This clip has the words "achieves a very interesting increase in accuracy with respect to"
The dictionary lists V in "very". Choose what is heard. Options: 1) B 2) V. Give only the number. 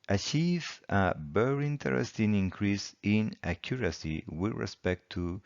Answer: 1